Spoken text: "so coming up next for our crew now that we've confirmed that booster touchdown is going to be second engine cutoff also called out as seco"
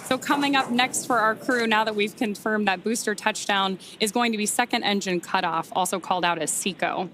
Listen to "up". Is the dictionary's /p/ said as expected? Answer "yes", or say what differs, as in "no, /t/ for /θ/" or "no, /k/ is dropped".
yes